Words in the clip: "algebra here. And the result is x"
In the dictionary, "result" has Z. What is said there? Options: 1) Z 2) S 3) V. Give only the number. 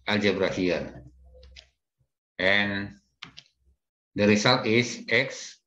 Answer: 2